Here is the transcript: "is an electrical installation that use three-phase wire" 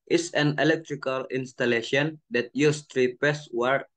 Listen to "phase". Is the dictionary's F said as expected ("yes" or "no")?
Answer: no